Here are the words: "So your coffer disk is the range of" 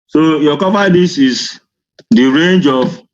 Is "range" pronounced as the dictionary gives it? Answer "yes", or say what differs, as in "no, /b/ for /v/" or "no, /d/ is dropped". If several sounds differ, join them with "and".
yes